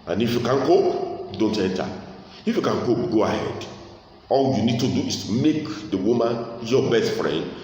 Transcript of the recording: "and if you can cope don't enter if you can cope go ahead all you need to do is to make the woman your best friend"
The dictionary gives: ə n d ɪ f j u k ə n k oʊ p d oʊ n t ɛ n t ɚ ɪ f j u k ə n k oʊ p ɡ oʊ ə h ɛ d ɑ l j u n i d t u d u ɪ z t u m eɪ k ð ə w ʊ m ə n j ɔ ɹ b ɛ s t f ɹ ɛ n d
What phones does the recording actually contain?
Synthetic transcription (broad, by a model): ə n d ɪ f j u k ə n k oʊ p d oʊ n t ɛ n t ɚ ɪ f j u k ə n k oʊ p ɡ oʊ ə h ɛ d ɑ l j u n i d t u d u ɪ s t u m eɪ k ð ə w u m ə n j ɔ b ɛ s t f ɹ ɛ n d